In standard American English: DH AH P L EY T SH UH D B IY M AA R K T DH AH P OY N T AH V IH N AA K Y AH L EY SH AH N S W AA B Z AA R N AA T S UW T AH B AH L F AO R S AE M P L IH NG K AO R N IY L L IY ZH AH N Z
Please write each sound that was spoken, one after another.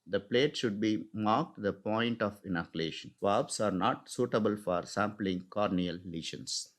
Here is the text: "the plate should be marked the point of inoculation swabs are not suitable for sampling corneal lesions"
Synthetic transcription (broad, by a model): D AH P L EY T SH UH D B IY M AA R K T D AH P OY N T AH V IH N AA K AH L EY SH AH N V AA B S AA R N AA T S UW T AH B AH L F AO R S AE M P L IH NG K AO R N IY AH L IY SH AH N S